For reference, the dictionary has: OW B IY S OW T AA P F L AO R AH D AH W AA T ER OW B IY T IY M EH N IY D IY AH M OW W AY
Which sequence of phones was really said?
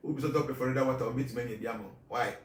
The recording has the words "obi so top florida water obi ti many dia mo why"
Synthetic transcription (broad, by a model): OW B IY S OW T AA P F AO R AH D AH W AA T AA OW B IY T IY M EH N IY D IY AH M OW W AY